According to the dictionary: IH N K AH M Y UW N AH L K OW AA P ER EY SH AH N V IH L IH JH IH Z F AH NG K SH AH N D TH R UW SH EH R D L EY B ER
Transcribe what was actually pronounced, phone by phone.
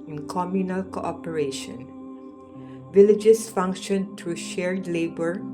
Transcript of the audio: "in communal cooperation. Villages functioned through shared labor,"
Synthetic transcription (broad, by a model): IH N K AH M Y UW N AH L K OW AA P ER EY SH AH N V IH L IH JH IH S F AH NG K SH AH N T R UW SH EH R D L EY B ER